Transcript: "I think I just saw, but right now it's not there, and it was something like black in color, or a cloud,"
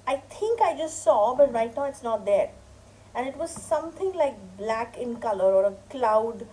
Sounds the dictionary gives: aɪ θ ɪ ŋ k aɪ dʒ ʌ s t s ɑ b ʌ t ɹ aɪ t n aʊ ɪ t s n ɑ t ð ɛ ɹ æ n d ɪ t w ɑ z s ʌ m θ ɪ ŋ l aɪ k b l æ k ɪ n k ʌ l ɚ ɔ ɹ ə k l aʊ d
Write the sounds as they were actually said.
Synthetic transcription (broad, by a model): aɪ t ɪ ŋ k aɪ dʒ ʌ s t s ɑ b ʌ t ɹ aɪ t n aʊ ɪ t s n ɑ t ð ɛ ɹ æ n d ɪ t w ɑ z s ʌ m t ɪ ŋ l aɪ k b l æ k ɪ n k ʌ l ɚ ɔ ɹ ə k l aʊ d